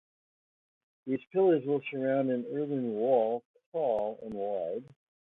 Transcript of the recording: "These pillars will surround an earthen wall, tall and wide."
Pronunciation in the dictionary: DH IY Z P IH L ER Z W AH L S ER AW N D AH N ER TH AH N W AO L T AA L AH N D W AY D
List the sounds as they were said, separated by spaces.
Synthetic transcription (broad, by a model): DH IY Z P IH L ER Z W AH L S ER AW N D AH N ER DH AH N W AO L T AA L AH N W AY D